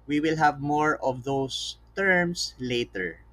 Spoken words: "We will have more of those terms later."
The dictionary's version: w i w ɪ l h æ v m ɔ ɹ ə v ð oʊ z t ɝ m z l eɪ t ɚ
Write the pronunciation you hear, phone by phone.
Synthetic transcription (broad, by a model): w i w ɪ l h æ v m ɔ ɹ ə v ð oʊ s t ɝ m s l eɪ t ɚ